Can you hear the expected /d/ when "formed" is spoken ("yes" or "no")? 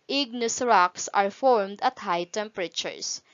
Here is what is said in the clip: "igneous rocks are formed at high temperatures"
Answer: yes